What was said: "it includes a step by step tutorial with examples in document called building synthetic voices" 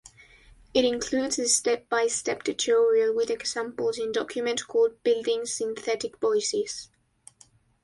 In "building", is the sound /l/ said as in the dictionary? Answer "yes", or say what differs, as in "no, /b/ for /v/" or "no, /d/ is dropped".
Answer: yes